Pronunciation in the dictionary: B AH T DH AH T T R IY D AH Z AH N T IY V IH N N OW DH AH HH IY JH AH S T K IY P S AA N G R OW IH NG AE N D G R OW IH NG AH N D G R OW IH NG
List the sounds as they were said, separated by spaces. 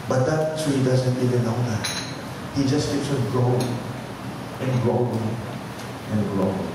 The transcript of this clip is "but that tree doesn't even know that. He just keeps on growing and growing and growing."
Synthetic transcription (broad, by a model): B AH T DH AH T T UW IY D AH Z AH N T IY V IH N L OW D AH HH IY JH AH S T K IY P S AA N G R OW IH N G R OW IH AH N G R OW